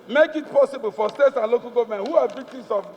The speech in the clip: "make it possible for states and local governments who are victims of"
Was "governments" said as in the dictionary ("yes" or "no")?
no